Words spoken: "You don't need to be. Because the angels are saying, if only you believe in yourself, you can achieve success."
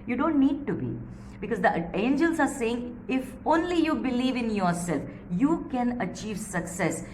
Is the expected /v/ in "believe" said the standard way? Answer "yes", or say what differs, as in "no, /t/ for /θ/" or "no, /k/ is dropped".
yes